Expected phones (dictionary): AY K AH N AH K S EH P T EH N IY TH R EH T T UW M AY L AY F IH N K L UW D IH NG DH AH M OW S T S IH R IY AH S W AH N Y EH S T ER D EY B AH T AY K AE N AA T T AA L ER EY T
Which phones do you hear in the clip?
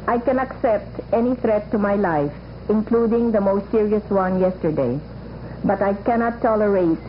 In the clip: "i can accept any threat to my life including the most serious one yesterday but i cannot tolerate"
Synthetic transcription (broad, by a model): AY K AH N AH K S EH P T EH N IY T R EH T T UW M AY L AY F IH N K L UW D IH NG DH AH M OW S T S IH R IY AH S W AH N Y EH S T ER D EY B AH T AY K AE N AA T T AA L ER EY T